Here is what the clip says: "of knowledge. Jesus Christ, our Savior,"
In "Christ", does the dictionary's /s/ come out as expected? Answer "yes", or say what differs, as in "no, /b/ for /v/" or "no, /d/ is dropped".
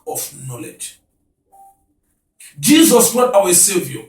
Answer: no, /s/ is dropped